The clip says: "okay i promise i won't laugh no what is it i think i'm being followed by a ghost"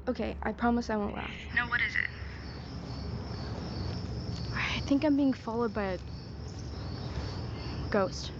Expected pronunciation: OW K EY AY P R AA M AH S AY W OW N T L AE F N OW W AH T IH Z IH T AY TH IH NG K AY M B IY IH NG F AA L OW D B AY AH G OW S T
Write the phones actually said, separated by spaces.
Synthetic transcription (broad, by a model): OW K EY AY P R AA M AH S AY W OW N T L AE F N OW W AH T IH Z IH T AY TH IH NG K AY M B IY IH NG F AA L OW D B AY AH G OW S T